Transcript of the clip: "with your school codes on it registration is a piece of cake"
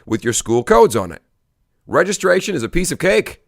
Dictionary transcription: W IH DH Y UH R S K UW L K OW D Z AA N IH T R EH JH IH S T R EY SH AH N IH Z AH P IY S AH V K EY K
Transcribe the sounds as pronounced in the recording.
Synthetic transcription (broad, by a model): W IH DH Y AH R S K UW L K OW D Z N IH T R EH JH IH S T R EY SH AH N IH Z AH P IY S AH V K EY K